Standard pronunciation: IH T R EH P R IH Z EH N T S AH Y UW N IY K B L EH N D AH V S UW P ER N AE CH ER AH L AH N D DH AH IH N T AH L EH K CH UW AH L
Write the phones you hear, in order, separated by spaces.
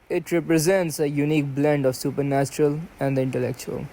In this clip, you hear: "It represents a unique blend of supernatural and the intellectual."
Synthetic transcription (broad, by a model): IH T R EH P R IH Z EH N T S AH Y UW N IY K B L EH N D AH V S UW P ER N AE CH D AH L AH N D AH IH N T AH L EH K CH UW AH L